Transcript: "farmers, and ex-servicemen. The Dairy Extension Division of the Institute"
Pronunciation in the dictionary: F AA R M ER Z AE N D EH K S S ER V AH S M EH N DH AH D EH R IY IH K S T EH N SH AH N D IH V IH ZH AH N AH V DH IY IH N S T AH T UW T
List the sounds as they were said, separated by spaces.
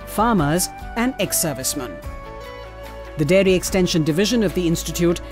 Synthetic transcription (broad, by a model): F AA M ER Z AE N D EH K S S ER V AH S M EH N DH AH D EH R IY IH K S T EH N SH AH N D IH V IH ZH AH N AH V DH IY IH N S T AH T UW T